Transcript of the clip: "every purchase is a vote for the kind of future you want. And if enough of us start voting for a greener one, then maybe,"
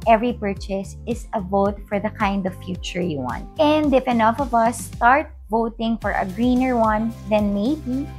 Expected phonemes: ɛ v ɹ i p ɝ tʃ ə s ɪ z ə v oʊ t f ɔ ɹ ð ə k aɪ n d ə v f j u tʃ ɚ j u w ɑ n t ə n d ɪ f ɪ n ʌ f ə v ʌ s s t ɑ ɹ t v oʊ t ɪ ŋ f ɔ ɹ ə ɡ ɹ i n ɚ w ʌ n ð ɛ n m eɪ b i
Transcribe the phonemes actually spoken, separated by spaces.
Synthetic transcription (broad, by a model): ɛ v ɹ i p ɝ tʃ ə s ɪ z ə v oʊ t f ɔ ɹ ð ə k aɪ n d ə v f j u tʃ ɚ j u w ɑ n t ə n d ɪ f ɪ n ʌ f ə v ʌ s s t ɑ ɹ t v oʊ t ɪ ŋ f ɔ ɹ ə ɡ ɹ i n ɚ w ʌ n ð ɛ n m eɪ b i